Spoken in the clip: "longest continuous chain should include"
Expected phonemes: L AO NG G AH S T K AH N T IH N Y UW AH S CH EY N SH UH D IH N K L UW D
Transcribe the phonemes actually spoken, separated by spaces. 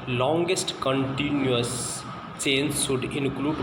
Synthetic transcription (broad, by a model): L AO NG G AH S T K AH N T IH N Y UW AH S CH EY N S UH D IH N K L UW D